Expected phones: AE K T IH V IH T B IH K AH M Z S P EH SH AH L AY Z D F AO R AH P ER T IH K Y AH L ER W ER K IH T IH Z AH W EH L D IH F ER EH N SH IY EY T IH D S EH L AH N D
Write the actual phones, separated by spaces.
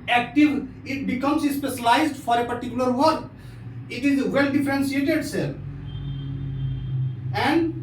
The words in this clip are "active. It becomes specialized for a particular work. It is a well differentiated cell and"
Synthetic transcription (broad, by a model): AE K T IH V IH T B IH K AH M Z S P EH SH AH L AY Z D F AO R AH P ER T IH K Y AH L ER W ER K IH T IH Z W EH L D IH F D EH N S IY EY T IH D S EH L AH N D